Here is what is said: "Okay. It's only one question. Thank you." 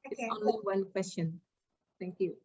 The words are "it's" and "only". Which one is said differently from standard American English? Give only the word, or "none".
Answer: only